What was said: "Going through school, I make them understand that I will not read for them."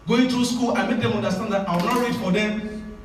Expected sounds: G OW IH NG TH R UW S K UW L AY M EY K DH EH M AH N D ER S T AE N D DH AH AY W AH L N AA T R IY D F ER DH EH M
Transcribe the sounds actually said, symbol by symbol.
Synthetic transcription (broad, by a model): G OW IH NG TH R UW S K UW L AY M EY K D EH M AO N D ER S T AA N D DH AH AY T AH W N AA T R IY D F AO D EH